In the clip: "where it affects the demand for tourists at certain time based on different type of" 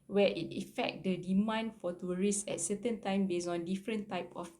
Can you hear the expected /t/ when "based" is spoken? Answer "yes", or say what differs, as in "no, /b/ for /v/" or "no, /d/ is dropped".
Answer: no, /t/ is dropped